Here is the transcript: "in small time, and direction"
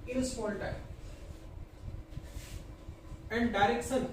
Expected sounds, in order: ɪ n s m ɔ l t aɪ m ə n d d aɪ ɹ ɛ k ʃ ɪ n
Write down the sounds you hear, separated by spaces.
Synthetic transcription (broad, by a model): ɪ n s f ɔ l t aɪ ə n d d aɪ ɹ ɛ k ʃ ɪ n